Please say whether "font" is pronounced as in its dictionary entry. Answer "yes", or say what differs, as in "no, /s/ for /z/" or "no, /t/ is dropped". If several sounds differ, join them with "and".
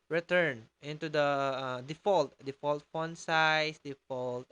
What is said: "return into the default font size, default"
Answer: no, /l/ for /n/